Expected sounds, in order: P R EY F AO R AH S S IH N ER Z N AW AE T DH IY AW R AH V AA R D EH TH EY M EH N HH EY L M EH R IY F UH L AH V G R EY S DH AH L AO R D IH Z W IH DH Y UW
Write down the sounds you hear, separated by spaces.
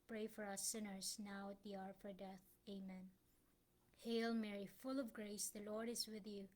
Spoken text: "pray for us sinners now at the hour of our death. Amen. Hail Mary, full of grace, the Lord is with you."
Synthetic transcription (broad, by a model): P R EY F AO R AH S S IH N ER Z N AW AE T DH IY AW R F AA R D EH TH EY M EH N HH EY L M EH R IY F UH L AH V G R EY S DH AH L AO R D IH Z W IH DH Y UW